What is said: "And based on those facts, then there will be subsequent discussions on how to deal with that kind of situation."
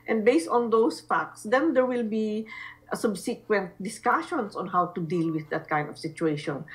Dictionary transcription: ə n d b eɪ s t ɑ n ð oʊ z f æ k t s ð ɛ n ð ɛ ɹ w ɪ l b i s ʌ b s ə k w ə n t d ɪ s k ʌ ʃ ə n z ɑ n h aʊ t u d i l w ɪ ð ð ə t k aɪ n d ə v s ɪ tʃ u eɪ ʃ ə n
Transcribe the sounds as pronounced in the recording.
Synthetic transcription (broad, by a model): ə n d b eɪ s t ɑ n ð oʊ s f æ k t s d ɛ n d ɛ ɹ w ɪ l b i s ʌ b s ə k w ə n t d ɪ s k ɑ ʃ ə n s ɑ n h aʊ t u d i l w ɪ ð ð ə t k aɪ n d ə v s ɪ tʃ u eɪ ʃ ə n